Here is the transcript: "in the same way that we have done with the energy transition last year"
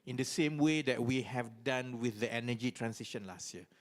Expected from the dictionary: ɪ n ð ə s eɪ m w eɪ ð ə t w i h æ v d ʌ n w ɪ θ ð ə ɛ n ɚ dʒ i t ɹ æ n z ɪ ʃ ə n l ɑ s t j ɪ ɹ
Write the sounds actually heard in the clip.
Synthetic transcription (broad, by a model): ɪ n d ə s eɪ m w eɪ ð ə t w i h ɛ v d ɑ n w ɪ θ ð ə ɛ n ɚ dʒ i t ɹ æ n s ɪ ʃ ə n l ɑ s t j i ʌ